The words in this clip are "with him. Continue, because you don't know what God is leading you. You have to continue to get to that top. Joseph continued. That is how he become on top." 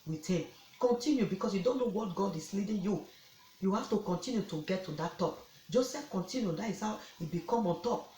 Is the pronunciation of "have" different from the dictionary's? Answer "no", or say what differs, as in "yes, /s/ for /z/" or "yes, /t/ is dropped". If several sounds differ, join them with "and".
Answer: yes, /f/ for /v/